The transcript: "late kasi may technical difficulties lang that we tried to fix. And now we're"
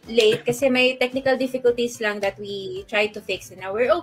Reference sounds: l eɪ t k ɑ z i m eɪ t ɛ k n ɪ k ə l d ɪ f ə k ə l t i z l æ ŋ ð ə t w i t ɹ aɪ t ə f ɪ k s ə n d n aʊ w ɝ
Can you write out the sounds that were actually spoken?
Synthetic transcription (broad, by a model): l eɪ t k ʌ s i m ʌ t ɛ k n ɪ k ə l d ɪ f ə k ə l t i s l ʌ ŋ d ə t w i t ɹ aɪ t ə f ɪ k s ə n n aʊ w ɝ